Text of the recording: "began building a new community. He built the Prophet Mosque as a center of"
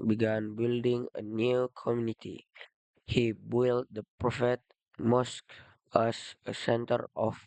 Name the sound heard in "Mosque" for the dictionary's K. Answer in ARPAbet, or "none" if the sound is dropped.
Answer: K